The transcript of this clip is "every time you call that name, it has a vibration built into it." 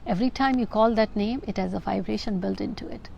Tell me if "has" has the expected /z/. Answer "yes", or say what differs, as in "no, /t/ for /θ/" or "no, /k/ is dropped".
yes